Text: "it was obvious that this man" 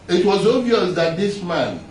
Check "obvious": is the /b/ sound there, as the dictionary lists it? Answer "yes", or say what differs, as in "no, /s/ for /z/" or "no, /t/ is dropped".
no, /b/ is dropped